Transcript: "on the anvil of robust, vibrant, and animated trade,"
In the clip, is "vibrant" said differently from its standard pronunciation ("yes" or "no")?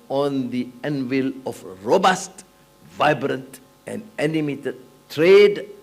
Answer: no